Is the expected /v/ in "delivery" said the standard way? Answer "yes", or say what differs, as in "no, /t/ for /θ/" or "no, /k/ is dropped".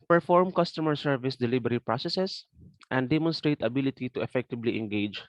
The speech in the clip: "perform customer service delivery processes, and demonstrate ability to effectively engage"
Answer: no, /b/ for /v/